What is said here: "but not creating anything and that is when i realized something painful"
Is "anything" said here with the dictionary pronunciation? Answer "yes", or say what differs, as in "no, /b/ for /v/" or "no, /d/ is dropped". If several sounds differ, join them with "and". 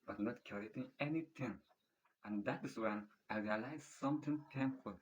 no, /t/ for /θ/